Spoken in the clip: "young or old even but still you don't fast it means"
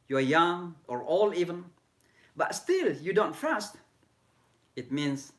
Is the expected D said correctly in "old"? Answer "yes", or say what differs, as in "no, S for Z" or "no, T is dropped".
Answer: no, D is dropped